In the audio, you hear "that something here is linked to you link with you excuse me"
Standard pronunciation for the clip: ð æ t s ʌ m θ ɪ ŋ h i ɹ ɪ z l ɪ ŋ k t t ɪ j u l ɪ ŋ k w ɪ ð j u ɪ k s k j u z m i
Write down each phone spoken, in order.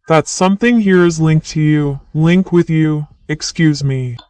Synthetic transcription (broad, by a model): ð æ t s ʌ m θ ɪ ŋ h i ɹ ɪ z l ɪ ŋ k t t ɪ j u l ɪ ŋ k w ɪ ð j u ɪ k s k j u z m i